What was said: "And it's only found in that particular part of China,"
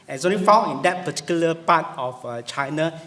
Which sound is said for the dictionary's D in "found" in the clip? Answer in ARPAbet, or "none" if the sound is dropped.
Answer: none